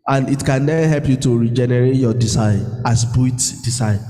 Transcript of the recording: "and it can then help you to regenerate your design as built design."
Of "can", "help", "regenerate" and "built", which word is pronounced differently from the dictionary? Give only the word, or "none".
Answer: built